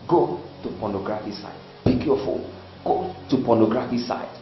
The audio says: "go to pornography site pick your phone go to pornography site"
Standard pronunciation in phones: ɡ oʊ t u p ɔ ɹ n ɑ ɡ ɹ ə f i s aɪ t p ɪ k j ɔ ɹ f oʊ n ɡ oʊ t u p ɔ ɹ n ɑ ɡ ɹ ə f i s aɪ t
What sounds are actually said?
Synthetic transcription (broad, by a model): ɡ oʊ t u p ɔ n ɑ ɡ ɹ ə f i s aɪ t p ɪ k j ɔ f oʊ l ɡ oʊ t u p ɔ n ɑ ɡ ɹ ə f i s aɪ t